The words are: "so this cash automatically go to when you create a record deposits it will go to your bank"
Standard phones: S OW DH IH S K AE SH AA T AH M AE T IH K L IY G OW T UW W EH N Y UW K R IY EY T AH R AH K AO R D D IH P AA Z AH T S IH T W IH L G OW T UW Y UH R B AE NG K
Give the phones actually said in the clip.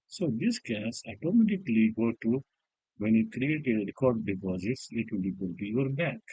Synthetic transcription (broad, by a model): S OW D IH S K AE S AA T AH M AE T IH K L IY G OW T UW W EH N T K R IY EY T AH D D K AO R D D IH P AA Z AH T S IH T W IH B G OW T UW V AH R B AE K